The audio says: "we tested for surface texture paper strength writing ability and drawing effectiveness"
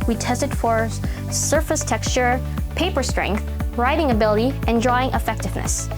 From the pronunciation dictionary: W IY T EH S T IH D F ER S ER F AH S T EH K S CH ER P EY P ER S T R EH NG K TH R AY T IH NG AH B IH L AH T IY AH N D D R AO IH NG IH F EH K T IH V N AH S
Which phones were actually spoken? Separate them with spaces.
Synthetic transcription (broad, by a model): W IY T EH S T IH D F ER S ER F AH S T EH K S CH ER P EY P ER S T R EH NG K TH R AY T IH NG AH B IH L AH T IY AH N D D R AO IH NG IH F EH K T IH V N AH S